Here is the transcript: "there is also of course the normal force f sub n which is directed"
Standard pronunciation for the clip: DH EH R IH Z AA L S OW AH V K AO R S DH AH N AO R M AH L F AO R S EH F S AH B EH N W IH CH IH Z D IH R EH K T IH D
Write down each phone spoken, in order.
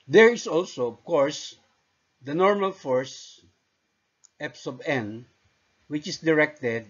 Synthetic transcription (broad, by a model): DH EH R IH S AA L S OW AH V K AO R S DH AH N AO R M AH L F AO R S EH P S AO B EH N W IH CH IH S D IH R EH K T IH D